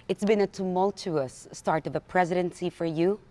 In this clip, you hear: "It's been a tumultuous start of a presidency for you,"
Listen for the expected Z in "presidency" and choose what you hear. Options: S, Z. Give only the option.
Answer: Z